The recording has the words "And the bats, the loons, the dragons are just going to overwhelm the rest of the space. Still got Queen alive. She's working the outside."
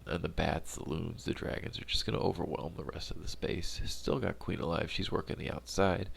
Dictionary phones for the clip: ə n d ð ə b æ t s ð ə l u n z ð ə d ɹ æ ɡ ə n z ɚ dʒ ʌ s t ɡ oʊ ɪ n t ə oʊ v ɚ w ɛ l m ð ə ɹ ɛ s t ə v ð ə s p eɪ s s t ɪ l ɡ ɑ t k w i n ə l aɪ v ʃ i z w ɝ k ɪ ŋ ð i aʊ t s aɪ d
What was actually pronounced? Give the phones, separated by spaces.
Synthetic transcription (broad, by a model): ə n ð ə b æ t s ð ə l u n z ð ə d ɹ æ ɡ ə n z ɚ dʒ ʌ s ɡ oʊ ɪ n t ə oʊ v ɚ w ɛ l m ð ə ɹ ɛ s t ə v ð ə s p eɪ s s t ɪ l ɡ ɑ t k w i n ə l aɪ v ʃ i z w ɝ k ɪ ŋ ð i aʊ t s aɪ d